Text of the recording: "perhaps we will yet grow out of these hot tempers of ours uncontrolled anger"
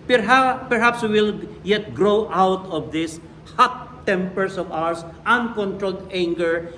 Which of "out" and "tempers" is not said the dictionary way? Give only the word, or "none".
tempers